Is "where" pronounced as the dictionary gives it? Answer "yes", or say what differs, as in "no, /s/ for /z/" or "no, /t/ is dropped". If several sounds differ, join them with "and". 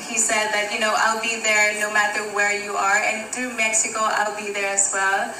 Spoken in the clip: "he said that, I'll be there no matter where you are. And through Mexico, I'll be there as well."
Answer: yes